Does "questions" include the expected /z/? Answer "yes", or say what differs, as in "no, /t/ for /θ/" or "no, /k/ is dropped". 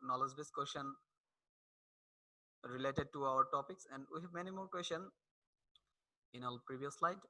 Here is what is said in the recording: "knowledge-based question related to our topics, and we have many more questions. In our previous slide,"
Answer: no, /z/ is dropped